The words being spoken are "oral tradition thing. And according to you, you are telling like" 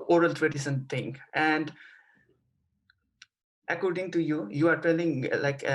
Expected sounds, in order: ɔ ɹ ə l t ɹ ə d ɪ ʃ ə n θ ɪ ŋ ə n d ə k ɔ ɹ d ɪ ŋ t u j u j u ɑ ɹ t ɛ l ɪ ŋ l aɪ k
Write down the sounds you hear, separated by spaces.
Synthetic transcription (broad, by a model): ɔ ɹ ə l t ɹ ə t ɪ s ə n t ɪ ŋ ə n d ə k ɔ ɹ d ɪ ŋ t u j u j u ɑ ɹ t ɛ l ɪ ŋ l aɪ k